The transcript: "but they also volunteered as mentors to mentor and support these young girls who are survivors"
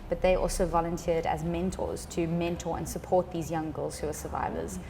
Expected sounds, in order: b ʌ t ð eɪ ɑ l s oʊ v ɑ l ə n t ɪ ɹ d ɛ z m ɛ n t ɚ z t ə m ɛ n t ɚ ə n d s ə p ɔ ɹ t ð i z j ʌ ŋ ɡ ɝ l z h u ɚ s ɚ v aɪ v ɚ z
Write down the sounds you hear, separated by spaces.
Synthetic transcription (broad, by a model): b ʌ t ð eɪ ɑ l s oʊ v ɑ l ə n t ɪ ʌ d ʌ z m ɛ n t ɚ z t ə m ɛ n t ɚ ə n s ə p ɔ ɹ t ð i z j ʌ ŋ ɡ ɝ l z h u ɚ s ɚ v aɪ v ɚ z